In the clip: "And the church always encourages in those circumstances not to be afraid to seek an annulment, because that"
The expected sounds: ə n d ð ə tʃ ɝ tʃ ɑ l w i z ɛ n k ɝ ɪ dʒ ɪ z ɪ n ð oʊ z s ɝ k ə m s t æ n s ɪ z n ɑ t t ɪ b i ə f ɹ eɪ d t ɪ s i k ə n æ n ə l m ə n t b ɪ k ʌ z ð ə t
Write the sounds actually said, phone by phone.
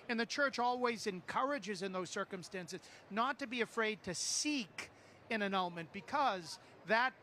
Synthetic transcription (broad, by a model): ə n ð ə tʃ ɝ tʃ ɑ l w i z ɛ n k ɝ ɪ dʒ ɪ z ɪ n ð oʊ z s ɝ k ə m s t æ n s ɪ z n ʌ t t ɪ b i ə f ɹ eɪ d t ɪ s i k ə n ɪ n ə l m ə n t b ɪ k ʌ z ð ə t